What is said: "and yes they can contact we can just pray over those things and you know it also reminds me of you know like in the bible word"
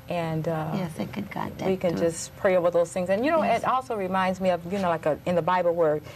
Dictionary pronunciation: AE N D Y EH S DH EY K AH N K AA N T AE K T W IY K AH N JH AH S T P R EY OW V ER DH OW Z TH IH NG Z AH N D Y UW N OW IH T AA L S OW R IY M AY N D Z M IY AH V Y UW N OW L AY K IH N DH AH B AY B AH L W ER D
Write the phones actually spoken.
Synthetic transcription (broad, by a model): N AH N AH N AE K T W IY K AH N JH AH S P R EY OW V ER DH OW Z TH IH NG Z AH N Y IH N OW IH T AA L S OW R IY M AY N D Z M IY AH V Y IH N OW L AY K IH N DH AH B AY B L W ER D